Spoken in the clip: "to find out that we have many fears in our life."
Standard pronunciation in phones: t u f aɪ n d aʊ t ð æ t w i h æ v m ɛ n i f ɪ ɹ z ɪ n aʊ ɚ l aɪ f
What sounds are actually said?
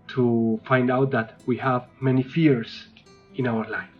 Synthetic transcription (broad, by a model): t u f aɪ n d aʊ t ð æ t w i h æ v m ɛ n i f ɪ ɹ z ɪ n aʊ ɚ l aɪ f